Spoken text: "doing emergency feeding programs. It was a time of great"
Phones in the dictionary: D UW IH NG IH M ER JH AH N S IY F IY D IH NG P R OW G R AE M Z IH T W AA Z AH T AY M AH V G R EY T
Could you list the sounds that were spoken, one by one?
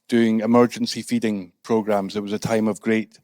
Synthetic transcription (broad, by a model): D UW IH NG IH M ER JH AH N S IY F IY D IH NG P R OW G R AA M Z IH T W AA Z AH T AY M AH V G R EY T